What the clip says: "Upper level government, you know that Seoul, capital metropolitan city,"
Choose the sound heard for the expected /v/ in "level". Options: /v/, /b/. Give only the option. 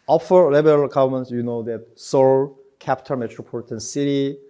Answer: /b/